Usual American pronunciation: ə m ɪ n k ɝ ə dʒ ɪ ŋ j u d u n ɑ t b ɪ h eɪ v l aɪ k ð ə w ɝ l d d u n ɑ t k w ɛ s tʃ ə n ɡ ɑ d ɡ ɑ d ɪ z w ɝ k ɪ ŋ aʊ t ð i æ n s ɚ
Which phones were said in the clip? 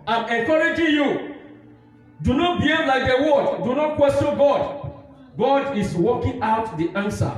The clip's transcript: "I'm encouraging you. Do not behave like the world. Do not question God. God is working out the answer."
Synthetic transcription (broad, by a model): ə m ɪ k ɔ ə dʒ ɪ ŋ j u d u n ɑ t b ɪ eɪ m l aɪ k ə w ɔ d d u n ɑ t k w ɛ s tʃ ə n ɡ ɑ d ɡ ɑ d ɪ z w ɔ k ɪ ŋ aʊ t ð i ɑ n s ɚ